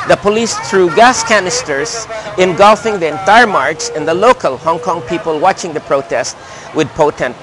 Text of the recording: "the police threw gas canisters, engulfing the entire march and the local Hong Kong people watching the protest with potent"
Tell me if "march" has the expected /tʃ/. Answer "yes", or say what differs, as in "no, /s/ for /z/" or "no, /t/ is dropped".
no, /s/ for /tʃ/